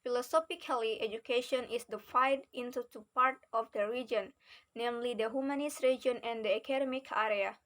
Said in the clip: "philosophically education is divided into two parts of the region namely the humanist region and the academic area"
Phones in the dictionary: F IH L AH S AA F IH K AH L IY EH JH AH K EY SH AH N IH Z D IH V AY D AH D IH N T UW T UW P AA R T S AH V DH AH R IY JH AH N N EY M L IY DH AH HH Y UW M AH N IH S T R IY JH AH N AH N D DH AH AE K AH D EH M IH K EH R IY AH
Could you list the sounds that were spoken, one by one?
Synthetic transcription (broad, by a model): F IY L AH S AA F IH K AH L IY EH JH AH K EY SH AH N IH S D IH F AY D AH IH N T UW T UW P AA R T AH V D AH R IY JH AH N N EY M L IY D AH HH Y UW M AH N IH S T R IY JH AH N AH N D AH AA K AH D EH M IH K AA R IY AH